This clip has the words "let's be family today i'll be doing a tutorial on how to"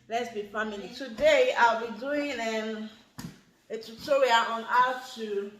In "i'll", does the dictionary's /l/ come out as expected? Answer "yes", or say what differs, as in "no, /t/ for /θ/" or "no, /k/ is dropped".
yes